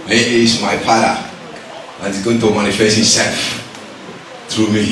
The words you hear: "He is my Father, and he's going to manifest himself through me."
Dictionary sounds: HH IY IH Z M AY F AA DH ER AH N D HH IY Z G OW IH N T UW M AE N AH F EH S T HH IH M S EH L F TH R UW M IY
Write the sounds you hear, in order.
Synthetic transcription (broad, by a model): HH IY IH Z M AY P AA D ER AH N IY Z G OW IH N T UW M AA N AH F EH S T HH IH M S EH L F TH R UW M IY